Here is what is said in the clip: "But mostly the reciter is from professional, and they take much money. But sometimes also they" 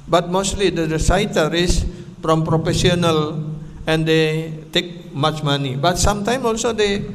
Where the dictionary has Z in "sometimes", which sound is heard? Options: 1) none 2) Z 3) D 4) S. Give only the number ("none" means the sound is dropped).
1